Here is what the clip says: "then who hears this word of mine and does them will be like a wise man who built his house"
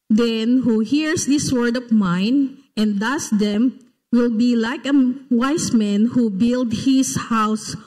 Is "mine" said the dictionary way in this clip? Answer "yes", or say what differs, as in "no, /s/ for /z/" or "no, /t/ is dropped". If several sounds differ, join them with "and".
yes